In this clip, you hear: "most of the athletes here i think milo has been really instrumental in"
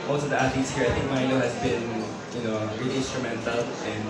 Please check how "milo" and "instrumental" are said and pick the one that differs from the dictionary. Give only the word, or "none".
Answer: milo